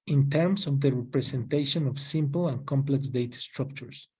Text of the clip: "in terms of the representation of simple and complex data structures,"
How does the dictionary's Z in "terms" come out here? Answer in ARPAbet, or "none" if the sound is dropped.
S